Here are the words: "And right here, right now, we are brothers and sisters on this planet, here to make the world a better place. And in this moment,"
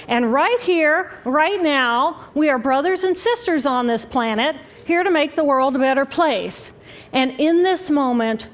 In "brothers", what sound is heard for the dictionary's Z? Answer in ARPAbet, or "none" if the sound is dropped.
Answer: Z